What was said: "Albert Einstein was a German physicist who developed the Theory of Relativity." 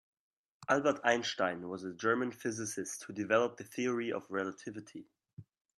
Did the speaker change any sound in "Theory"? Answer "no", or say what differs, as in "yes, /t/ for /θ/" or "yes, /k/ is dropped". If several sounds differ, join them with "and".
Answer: no